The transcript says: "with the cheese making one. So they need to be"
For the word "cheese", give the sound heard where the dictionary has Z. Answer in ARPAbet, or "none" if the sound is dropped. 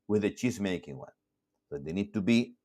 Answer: S